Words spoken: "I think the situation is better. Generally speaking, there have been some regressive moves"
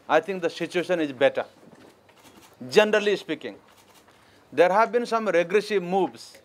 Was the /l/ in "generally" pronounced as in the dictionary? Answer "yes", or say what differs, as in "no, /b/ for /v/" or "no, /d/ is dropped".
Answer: yes